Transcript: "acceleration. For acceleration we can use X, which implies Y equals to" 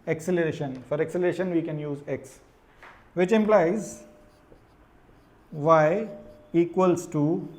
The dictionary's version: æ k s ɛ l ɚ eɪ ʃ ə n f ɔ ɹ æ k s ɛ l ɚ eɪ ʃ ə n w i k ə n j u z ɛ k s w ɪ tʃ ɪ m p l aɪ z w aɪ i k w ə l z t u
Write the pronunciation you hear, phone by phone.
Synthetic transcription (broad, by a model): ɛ k s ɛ l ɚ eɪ ʃ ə n f ɔ ɹ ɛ k s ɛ l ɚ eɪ ʃ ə n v i k ə n j u z ɛ k s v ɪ tʃ ɪ m p l aɪ z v aɪ i k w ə l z t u